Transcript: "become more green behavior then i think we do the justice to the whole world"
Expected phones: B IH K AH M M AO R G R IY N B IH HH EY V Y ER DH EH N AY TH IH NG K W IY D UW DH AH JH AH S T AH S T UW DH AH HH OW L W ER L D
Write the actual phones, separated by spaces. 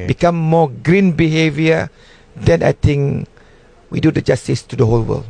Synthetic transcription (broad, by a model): B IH K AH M M AO G R IY N B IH HH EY V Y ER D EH N AY T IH NG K W IY D UW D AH JH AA S T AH S T UW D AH HH OW L W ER L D